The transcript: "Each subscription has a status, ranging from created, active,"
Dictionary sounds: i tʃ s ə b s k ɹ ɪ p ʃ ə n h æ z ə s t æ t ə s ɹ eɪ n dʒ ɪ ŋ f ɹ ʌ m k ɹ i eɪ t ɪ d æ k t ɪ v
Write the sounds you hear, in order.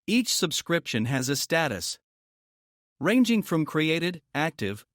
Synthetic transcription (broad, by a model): i tʃ s ə b s k ɹ ɪ p ʃ ə n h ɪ z ə s t æ t ə s ɹ eɪ n dʒ ɪ ŋ f ɹ ʌ m k ɹ i eɪ t ɪ d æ k t ɪ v